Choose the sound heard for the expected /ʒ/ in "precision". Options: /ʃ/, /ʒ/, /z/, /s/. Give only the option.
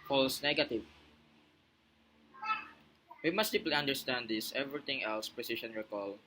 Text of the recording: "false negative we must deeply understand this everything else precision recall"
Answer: /ʃ/